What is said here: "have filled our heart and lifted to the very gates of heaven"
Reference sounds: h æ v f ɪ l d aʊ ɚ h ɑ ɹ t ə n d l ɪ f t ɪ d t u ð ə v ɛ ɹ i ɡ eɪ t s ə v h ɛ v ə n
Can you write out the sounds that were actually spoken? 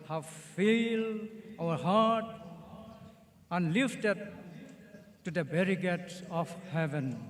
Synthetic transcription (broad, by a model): h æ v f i l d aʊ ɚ h ɑ ɹ t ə n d l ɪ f t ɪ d t u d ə b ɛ ɹ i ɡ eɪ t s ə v h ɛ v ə n